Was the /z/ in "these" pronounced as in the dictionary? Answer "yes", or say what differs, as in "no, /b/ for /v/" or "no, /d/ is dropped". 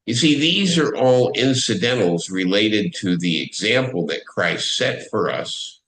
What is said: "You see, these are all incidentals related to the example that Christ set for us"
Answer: yes